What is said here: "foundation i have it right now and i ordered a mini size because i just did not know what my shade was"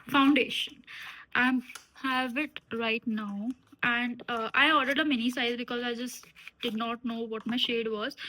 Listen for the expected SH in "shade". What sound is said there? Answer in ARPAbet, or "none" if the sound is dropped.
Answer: SH